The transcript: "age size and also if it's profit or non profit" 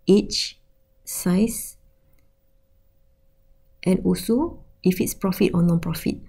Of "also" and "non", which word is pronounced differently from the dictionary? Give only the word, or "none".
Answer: also